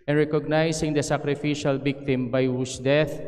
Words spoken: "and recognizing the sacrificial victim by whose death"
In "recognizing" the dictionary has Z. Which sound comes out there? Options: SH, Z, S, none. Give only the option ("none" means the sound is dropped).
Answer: S